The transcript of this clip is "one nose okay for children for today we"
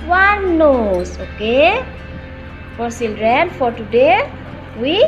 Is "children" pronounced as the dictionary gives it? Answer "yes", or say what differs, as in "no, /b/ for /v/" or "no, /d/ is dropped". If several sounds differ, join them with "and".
no, /s/ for /tʃ/